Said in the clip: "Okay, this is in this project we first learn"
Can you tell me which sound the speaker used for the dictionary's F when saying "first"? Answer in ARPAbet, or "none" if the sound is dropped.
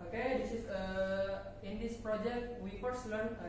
P